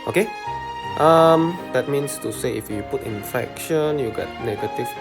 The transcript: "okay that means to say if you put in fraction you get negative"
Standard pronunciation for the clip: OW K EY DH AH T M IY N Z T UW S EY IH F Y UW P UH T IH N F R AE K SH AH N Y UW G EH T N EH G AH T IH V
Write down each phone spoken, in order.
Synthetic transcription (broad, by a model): OW K EY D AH T M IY N S T UW S EY IH F Y UW P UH T IH N F EH K SH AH N Y UW G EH T N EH G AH T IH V